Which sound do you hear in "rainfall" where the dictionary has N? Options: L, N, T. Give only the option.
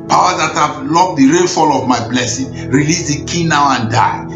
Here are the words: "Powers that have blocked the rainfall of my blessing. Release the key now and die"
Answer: L